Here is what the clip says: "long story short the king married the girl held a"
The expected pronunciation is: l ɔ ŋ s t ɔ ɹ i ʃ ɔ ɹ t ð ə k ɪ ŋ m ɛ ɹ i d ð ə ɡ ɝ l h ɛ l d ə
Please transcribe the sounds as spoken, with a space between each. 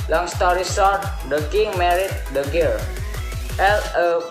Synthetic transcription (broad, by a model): l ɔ ŋ s t ɔ ɹ i s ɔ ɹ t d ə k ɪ ŋ m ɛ ɹ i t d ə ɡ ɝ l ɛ l ə